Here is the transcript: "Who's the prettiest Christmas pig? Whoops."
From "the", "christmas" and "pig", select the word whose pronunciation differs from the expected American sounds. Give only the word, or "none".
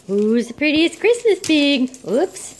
pig